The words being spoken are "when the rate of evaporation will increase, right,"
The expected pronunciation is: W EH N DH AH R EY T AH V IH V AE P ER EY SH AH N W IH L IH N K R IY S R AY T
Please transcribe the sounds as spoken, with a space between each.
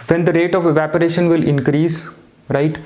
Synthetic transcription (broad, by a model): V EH N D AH R EY T AH V IH V AE P ER EY SH AH N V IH L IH N K R IY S R AY T